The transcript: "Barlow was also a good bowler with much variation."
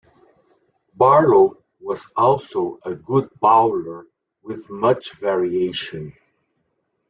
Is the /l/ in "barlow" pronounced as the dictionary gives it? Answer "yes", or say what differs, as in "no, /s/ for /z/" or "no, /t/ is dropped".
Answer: no, /l/ is dropped